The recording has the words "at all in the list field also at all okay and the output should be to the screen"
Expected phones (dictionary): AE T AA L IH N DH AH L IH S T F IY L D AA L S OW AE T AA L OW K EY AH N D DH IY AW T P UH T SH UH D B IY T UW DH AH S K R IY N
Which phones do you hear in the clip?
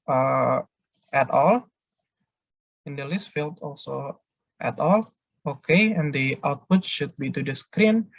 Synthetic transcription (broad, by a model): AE T AA L IH N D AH L IH S T F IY L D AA L S OW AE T AA L OW K EY AH N D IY AW T P UH T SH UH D B IY T UW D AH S K R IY N